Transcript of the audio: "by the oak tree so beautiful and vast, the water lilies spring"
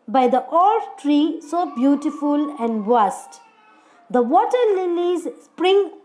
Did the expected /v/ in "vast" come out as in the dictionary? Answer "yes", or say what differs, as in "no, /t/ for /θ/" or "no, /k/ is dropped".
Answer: no, /b/ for /v/